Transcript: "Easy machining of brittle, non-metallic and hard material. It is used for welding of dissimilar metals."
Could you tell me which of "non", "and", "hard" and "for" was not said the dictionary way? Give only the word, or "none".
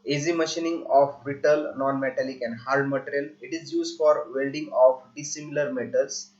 hard